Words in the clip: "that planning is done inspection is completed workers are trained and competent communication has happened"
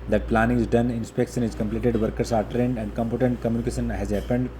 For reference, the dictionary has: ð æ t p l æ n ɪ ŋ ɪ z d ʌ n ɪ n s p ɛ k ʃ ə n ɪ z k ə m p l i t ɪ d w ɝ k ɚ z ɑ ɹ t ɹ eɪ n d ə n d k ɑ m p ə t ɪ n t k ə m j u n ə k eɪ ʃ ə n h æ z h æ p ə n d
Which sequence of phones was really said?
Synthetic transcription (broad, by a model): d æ t p l æ n ɪ ŋ ɪ z d ʌ n ɪ n s p ɛ k ʃ ə n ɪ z k ə m p l i t ɪ d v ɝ k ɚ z ɑ ɹ t ɹ eɪ n d ə n d k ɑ m p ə t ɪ n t k ə m j u n ə k eɪ ʃ ə n h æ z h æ p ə n d